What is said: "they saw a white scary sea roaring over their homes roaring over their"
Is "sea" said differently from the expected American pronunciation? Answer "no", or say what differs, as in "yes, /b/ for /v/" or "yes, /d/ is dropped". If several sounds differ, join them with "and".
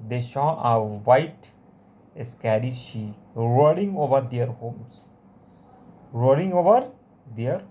yes, /ʃ/ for /s/